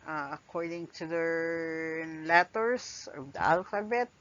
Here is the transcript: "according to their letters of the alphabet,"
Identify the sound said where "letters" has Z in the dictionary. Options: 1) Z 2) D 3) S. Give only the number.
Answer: 3